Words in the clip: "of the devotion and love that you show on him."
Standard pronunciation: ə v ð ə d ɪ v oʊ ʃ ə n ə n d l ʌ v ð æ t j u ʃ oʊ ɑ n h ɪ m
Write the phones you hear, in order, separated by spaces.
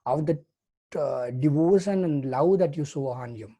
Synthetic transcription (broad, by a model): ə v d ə d ɪ v oʊ ʃ ə n ə n d l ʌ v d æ t j u s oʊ ɑ n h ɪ m